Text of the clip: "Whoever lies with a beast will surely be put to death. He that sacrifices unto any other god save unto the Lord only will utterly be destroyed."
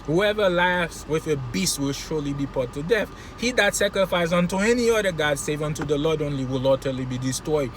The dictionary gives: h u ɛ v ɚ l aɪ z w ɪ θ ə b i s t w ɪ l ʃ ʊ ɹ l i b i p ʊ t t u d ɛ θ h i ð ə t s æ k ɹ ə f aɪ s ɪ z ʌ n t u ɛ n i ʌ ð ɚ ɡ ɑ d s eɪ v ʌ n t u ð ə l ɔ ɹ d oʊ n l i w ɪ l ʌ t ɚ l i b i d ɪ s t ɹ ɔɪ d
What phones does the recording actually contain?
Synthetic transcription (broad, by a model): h u ɛ v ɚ l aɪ s w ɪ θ ə b i s t w ɪ l ʃ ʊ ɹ l i b i p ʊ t t u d ɛ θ h i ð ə t s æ k ɹ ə f aɪ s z ʌ n t u ɛ n i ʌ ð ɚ ɡ ɑ d s eɪ v ʌ n t u ð ə l ɔ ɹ d oʊ n l i w ɪ l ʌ t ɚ l i b i d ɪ s t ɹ ɔɪ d